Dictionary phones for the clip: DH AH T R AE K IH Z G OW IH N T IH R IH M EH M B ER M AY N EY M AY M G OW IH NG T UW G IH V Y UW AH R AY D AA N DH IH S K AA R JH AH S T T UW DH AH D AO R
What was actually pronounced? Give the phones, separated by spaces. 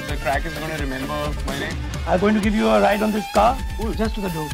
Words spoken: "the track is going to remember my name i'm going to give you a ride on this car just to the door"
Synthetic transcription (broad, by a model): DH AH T R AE K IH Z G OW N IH R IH M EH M B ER M AY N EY AY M G OW IH NG T UW G IH V Y UW AH R AY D AA N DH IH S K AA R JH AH S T T UW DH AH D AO